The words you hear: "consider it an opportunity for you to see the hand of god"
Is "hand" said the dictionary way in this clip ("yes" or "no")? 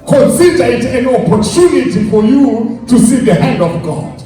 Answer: yes